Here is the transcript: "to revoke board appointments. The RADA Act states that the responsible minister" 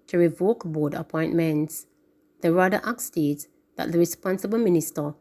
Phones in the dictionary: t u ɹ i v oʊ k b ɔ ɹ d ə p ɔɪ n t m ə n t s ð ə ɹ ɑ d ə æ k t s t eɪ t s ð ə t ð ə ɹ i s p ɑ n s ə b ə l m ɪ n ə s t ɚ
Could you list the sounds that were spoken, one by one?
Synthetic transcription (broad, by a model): t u ɹ i v oʊ k b ɔ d ə p ɔɪ n t m ə n t s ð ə ɹ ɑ d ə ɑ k s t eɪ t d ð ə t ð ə ɹ i s p ɑ n s ə b ə l m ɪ n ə s t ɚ